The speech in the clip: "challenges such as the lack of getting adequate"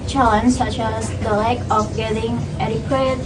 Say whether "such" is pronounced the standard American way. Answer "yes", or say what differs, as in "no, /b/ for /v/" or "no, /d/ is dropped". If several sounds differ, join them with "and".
yes